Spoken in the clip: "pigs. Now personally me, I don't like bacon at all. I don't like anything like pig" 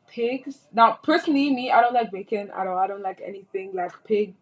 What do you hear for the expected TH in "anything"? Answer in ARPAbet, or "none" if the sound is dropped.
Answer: TH